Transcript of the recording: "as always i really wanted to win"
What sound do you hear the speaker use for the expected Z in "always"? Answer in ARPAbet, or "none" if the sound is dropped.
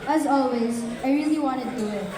Z